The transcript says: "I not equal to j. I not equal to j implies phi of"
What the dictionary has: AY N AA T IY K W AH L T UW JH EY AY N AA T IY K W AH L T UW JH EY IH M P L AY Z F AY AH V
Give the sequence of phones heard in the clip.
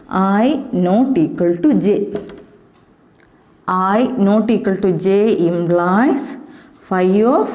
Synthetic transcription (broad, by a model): AY N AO T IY K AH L T UW JH EY AY N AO T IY K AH L T UW JH EY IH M B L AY S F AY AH